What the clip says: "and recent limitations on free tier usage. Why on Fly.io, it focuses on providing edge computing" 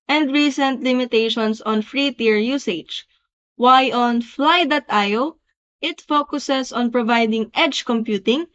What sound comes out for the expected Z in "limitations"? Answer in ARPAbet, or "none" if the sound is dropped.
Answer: S